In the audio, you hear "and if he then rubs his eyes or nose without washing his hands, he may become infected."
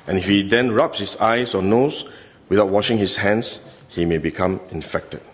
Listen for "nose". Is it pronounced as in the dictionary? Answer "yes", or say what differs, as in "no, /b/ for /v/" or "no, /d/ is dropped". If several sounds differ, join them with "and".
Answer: no, /s/ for /z/